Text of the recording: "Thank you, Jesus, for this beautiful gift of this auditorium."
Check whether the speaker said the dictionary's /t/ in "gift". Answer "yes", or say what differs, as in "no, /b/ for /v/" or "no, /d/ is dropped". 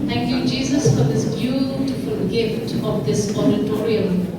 yes